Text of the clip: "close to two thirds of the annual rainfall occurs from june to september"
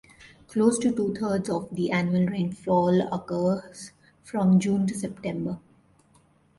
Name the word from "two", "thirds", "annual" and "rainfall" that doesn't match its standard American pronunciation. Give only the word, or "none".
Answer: thirds